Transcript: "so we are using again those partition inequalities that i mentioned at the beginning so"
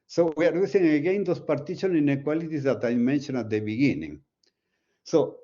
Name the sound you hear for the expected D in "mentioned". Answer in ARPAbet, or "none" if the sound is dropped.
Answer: none